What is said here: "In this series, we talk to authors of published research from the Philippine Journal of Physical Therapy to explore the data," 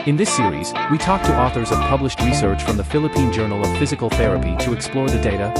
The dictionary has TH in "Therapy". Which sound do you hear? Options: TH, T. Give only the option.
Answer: TH